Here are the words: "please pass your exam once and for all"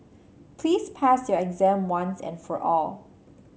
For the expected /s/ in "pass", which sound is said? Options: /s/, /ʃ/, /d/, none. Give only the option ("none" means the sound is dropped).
/s/